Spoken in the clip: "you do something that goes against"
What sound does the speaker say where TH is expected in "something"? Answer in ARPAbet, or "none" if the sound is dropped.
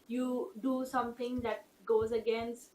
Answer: T